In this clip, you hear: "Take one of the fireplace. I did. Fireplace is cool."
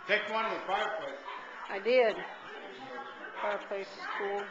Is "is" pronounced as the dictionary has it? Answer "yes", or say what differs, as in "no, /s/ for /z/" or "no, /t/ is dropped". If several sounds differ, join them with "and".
no, /s/ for /z/